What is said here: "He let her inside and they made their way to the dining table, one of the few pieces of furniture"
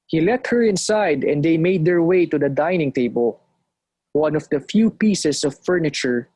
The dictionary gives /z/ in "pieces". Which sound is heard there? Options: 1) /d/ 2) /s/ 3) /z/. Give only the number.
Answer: 2